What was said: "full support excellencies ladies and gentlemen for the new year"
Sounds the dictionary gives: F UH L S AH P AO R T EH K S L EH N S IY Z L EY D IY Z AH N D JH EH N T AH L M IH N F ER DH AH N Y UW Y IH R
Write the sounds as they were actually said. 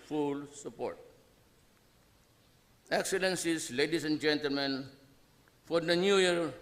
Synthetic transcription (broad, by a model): F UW L S AH P AO R T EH K S L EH N S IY S L EY D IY S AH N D JH EH N T AH L M IH N F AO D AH N Y UW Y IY R